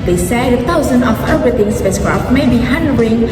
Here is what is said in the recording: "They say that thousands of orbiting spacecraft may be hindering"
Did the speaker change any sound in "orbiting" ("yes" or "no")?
yes